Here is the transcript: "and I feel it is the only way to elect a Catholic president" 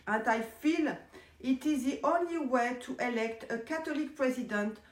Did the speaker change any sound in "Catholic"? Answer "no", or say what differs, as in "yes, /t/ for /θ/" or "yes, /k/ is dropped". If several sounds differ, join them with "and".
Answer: yes, /t/ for /θ/